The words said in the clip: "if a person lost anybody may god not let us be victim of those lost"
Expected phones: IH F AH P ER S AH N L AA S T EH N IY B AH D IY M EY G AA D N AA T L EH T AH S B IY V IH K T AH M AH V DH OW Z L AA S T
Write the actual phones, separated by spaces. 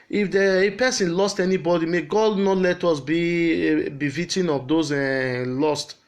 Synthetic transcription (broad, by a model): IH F AH P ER S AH N L AA S T EH N IY B AH D IY M EY G AA D N AA T L EH T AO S B IY B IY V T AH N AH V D OW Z L AA S T